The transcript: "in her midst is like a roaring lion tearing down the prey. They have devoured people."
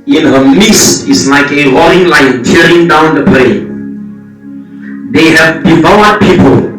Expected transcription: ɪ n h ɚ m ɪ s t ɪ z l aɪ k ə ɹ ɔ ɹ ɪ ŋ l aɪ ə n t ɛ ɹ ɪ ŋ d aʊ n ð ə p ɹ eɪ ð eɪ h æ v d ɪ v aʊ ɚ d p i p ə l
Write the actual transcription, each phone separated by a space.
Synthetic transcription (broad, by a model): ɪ n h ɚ m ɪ s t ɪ s l aɪ k ə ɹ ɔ ɪ ŋ l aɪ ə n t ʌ ɹ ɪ ŋ d aʊ n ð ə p l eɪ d eɪ h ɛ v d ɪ v aʊ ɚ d p i p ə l